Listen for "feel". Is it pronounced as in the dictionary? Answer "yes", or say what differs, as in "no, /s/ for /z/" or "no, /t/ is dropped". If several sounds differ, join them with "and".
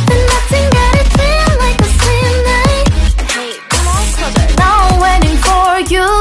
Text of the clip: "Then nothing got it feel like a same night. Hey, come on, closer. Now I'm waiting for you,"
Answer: no, /n/ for /l/